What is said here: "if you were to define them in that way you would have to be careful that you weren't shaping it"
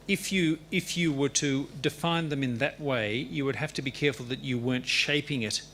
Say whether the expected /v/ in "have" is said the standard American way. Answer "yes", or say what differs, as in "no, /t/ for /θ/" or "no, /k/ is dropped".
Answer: no, /f/ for /v/